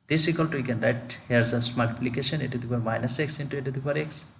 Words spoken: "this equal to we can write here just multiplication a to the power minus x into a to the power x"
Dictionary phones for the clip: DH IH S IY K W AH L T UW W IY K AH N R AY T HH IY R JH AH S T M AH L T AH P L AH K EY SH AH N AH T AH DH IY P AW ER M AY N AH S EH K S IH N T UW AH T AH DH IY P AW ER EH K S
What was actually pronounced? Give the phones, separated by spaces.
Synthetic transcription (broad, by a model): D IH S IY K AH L T UW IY K AH N R AY T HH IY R Z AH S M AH T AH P L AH K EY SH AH N AH T AH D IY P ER M AY N AH S EH K S IH N T UW AH T AH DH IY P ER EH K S